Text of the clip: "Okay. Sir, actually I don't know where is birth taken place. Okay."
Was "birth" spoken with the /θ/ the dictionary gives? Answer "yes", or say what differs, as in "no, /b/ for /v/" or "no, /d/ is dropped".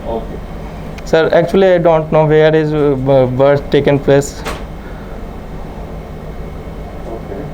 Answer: no, /s/ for /θ/